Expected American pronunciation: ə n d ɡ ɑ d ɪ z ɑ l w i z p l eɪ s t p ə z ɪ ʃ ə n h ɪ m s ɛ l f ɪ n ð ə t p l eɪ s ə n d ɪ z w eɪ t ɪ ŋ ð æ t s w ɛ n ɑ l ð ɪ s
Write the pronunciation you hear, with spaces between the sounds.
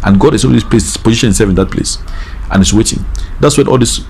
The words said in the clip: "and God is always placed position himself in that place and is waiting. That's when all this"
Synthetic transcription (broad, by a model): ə n ɡ ɑ d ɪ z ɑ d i s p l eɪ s p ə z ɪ ʃ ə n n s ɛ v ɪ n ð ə t p l eɪ s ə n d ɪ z w eɪ t ɪ ŋ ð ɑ t s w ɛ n ɑ l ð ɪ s